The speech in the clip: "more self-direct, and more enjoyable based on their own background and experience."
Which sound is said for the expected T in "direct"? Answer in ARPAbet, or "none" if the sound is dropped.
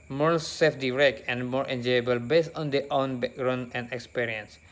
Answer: none